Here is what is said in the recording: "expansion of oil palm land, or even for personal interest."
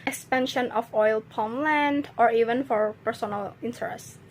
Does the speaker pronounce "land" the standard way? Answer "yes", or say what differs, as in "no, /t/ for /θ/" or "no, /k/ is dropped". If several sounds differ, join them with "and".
yes